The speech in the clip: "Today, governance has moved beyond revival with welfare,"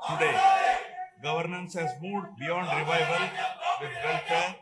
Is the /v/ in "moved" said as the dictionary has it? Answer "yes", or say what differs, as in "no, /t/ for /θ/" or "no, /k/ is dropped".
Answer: no, /v/ is dropped